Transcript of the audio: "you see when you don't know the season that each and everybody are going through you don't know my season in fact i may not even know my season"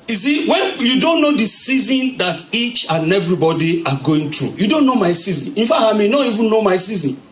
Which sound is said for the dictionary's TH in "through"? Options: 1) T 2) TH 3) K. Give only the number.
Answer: 1